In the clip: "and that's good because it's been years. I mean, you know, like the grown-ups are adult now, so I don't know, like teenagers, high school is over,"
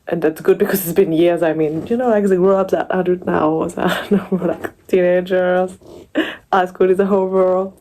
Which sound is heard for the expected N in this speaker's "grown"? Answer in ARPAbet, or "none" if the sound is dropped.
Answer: none